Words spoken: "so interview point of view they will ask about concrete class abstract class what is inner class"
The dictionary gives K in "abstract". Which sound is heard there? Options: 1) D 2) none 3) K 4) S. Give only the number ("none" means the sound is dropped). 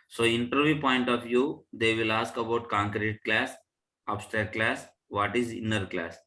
2